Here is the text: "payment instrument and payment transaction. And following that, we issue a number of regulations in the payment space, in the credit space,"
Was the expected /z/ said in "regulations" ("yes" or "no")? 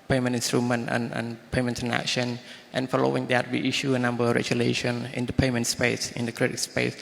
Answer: no